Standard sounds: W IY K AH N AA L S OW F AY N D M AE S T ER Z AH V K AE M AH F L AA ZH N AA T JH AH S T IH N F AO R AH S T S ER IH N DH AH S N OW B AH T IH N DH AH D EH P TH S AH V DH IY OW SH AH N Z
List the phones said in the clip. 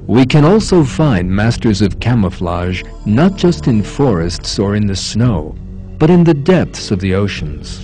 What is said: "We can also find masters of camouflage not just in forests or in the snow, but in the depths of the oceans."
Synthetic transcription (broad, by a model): W IY K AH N AA L S OW F AY N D M AE S T ER Z AH V K AE M AH F L AA ZH N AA T JH AH S T IH N F AO R AH S T S ER IH N DH AH S N OW B AH T IH N DH AH D EH P TH S AH V DH IY OW SH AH N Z